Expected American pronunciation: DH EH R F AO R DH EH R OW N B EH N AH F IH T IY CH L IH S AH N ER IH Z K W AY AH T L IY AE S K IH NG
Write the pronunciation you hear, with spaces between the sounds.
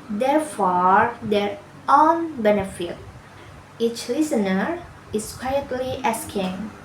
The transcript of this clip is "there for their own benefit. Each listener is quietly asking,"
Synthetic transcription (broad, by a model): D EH R F AO R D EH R OW N B EH N AH F IH T IY CH L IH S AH N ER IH S K W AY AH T L IY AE S K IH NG